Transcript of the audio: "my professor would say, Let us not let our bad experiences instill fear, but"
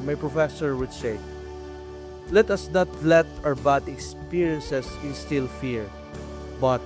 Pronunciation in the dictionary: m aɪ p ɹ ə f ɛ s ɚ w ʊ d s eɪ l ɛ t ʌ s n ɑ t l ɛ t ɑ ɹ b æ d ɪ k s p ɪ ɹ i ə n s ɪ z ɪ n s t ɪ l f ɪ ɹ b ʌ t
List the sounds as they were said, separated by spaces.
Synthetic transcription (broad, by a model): m aɪ p ɹ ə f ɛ s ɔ w ʊ d s eɪ l ɛ t ʌ s n ɑ t l ɛ t ɑ ɹ b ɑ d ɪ k s p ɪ ɹ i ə n s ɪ s ɪ n s t ɪ l f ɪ ɹ b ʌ t